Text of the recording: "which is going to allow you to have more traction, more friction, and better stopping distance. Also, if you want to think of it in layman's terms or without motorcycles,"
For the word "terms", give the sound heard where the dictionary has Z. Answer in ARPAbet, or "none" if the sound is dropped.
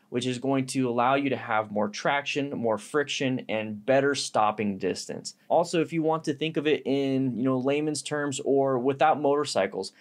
Z